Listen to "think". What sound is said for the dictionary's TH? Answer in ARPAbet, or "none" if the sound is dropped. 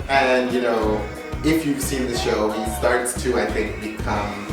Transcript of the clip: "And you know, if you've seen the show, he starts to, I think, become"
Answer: TH